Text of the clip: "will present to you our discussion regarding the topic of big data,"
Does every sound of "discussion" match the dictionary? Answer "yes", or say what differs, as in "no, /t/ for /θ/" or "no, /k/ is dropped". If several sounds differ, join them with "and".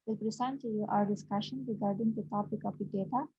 yes